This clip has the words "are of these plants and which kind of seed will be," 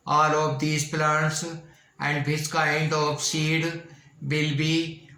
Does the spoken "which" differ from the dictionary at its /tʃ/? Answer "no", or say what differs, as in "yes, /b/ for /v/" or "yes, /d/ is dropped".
yes, /s/ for /tʃ/